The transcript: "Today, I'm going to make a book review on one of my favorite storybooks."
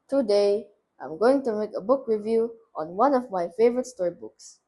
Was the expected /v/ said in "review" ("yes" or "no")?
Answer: yes